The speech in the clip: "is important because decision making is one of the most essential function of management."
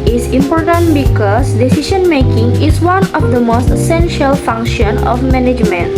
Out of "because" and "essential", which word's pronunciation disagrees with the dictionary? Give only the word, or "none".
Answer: because